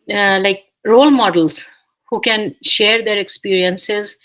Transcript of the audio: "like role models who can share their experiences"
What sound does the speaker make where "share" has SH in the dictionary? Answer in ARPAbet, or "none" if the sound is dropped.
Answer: SH